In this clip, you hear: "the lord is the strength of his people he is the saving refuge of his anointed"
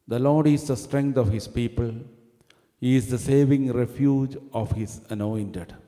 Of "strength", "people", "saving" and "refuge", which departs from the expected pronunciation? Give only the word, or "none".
strength